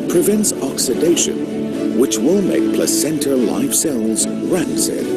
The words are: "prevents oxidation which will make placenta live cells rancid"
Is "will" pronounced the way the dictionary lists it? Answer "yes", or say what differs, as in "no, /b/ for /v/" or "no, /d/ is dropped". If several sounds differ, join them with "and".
yes